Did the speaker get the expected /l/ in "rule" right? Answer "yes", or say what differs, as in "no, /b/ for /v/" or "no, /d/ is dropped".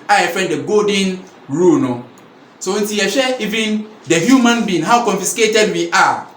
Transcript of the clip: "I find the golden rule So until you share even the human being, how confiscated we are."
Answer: no, /n/ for /l/